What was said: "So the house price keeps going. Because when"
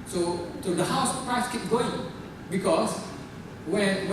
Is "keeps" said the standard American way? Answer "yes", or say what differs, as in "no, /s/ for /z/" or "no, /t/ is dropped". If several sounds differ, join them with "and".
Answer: no, /s/ is dropped